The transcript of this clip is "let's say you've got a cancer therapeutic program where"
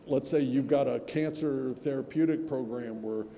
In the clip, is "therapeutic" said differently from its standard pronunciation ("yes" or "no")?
no